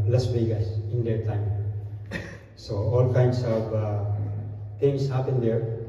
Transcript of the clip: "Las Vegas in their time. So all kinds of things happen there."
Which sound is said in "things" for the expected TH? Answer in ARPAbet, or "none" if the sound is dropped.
T